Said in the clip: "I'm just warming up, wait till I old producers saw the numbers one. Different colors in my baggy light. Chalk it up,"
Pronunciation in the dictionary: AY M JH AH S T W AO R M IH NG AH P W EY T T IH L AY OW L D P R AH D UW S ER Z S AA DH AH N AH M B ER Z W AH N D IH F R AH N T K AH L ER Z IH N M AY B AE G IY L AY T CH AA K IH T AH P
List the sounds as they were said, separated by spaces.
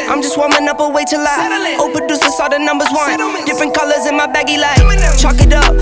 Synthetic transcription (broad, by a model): AY M JH AH S T W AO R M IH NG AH P W EY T T IH L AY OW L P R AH D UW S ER S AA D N N AH M B ER Z W AH N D IH F R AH N K AH L ER Z IH N M AY B AE G IY L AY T CH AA K IH T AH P